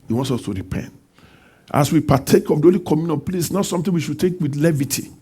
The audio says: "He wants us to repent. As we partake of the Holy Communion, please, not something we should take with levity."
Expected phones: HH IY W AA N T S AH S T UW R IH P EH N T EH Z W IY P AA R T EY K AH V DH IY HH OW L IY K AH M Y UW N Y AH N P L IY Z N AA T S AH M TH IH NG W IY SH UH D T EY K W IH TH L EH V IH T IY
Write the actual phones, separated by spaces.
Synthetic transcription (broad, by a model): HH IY W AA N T S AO S T UW R IH P EH N T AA S W IY P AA T EY K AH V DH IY OW L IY K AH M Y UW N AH P L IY S N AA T S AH M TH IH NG W IY SH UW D T EY K W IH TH L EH V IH T IY